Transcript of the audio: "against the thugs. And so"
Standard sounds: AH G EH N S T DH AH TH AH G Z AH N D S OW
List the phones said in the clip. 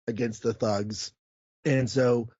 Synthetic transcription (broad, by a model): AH G EH N S T DH AH TH AH G Z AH N S OW